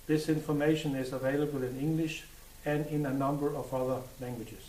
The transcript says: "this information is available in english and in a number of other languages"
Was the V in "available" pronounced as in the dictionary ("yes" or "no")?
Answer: yes